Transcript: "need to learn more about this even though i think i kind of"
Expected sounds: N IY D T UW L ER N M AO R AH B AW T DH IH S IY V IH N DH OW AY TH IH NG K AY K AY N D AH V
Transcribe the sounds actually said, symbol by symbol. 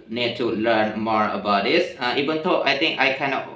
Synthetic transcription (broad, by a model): N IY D T UW L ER N M AO R AH B AW T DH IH S IY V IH N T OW AY T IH NG K AY K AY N AH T